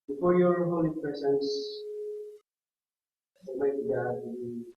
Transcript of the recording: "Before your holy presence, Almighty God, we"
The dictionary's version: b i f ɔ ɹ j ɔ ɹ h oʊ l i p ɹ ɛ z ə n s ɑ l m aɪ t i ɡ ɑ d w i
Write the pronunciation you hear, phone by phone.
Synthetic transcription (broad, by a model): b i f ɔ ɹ j ɔ ɹ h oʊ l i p ɹ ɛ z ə n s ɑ m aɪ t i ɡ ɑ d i